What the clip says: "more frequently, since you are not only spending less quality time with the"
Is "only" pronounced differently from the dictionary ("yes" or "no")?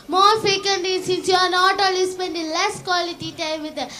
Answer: yes